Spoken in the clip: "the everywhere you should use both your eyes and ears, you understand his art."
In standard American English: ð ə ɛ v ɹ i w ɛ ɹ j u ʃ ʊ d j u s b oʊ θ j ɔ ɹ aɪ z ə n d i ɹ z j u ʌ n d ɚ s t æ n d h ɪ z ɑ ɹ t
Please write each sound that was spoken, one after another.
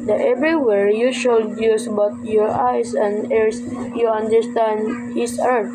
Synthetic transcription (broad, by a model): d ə ɛ v ɹ i w ɛ ɹ j u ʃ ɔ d j u s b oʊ t j ɔ ɹ aɪ s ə n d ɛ ɹ s j u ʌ n d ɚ s t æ n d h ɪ s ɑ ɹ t